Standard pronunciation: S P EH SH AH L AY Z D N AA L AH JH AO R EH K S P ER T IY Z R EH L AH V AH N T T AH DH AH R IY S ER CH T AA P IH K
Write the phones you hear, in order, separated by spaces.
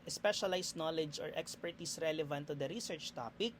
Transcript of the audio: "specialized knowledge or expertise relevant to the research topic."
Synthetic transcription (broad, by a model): S P EH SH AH L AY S N AA L AH JH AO R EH K S P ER T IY S R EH L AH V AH N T T AH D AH R IY S ER CH T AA P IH K